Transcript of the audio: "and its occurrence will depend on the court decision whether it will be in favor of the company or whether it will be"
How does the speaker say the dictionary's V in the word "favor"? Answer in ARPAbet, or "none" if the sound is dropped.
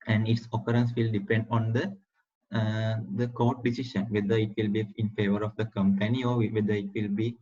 V